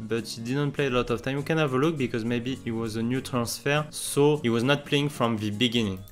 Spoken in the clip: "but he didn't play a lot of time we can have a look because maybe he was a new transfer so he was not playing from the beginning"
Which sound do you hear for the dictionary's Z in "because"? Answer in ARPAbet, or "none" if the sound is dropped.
Z